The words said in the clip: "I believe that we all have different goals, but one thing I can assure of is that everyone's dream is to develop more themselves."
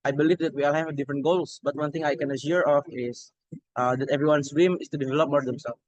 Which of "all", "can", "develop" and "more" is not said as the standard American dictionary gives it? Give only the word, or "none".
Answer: none